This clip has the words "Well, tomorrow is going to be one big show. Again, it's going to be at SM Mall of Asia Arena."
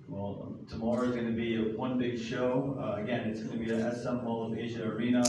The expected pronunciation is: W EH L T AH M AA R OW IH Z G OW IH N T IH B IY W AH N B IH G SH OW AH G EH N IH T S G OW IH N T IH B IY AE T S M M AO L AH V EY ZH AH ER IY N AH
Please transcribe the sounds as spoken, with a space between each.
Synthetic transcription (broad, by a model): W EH L T AH M AA R OW IH Z G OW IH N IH B IY W AH N B IH G SH OW AH G EH N IH T S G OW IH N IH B IY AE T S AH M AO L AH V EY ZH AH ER IY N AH